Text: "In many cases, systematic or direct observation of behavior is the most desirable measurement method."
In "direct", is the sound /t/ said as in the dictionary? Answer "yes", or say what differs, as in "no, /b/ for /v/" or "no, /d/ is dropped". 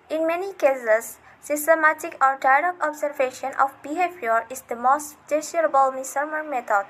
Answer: no, /t/ is dropped